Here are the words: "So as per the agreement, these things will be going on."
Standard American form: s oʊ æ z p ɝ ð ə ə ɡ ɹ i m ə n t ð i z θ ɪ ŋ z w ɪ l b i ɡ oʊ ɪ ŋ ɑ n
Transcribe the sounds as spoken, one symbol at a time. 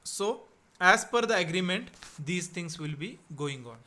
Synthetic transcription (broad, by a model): s oʊ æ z f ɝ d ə ə ɡ ɹ i m ə n t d i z t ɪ ŋ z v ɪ l b i ɡ oʊ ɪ ŋ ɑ n